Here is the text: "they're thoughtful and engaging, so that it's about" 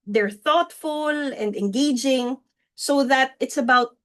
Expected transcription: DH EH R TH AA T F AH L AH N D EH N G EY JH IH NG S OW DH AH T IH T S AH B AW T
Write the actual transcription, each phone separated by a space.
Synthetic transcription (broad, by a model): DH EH R TH AA T F AH L AH N D EH N G EY JH IH NG S OW DH AH T IH T S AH B AW T